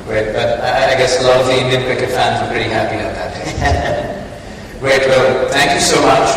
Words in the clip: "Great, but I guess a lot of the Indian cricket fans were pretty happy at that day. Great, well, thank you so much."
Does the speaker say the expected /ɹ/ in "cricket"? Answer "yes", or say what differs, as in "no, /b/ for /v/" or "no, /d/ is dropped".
no, /ɹ/ is dropped